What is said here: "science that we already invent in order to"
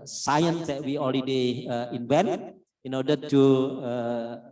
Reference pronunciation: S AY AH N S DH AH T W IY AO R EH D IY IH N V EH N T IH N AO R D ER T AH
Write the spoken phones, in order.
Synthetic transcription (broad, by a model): S AY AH N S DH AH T W IY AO L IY D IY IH N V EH N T IH N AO R D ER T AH